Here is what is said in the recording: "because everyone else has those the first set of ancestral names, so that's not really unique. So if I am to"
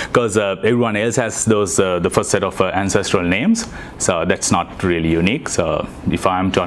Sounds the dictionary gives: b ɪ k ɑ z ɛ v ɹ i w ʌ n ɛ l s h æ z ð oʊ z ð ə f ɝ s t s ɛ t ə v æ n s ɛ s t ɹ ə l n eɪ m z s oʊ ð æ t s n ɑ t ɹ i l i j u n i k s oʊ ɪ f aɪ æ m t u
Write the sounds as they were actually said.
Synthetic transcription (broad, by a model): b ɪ k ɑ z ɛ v ɹ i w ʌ n ɛ l s h æ z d oʊ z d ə f ɝ s t s ɛ t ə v æ n s ɛ s t ɹ ə l n eɪ m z s oʊ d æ t s n ɑ t ɹ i l i j u n i k s oʊ ɪ f aɪ m t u